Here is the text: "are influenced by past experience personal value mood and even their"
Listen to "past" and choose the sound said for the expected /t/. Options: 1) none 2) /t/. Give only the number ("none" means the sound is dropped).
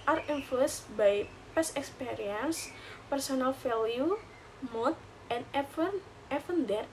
1